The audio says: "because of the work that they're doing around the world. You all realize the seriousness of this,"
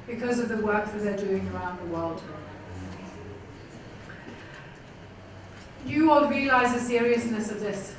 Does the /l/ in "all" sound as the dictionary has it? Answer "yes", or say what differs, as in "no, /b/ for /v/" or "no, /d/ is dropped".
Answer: no, /n/ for /l/